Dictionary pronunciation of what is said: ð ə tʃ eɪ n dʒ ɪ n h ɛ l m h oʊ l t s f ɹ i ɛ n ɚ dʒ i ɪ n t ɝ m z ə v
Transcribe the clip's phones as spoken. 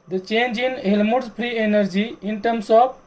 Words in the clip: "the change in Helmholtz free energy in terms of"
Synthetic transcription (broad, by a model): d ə tʃ eɪ n dʒ ɪ n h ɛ l m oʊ t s p ɹ i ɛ n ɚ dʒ i ɪ n t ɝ m s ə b